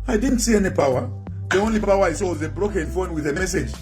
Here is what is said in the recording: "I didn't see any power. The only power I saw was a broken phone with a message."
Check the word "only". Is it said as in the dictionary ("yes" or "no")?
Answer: yes